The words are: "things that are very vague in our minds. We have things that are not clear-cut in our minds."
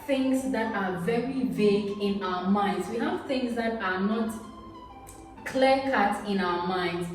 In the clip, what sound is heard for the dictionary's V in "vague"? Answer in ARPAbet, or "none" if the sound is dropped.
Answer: V